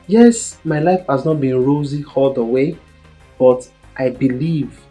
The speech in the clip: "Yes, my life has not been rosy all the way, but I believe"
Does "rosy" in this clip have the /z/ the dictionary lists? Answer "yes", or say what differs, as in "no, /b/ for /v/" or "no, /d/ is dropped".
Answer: yes